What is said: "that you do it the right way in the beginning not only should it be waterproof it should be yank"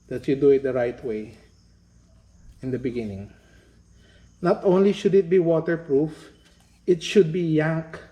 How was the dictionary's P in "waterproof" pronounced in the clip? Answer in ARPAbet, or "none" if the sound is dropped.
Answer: P